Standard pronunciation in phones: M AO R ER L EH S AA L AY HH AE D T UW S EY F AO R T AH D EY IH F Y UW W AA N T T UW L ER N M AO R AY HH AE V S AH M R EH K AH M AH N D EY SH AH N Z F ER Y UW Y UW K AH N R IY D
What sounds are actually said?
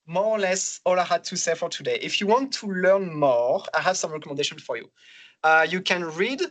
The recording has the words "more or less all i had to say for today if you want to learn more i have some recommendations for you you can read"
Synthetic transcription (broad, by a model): M AO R L EH S AA L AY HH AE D T UW S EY F AO R T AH D EY IH F Y UW W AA N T T UW L ER N M AO AY HH AE V S AH M R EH K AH M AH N D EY SH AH N F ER Y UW Y UW K AH N R IY D